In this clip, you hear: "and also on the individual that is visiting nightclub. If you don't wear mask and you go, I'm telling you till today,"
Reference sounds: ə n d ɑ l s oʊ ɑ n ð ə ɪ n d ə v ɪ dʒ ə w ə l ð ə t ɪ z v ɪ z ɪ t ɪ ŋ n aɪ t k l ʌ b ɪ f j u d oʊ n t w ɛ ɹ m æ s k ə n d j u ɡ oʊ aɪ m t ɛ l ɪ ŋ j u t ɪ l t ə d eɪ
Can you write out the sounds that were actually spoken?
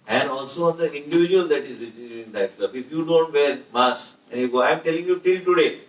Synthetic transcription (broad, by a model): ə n d ɑ l s oʊ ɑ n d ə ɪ n d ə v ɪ dʒ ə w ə l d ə t ɪ z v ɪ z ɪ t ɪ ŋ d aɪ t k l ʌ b ɪ f j u d oʊ n t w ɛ ɹ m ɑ s ə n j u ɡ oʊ aɪ m t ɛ l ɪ ŋ j u t ɪ l t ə d eɪ